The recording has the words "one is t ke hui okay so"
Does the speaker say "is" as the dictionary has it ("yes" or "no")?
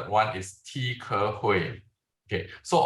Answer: no